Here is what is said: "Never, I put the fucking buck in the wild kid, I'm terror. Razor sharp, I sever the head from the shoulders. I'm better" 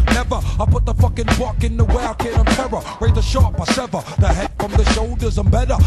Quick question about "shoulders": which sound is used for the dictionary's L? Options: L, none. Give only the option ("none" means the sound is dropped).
L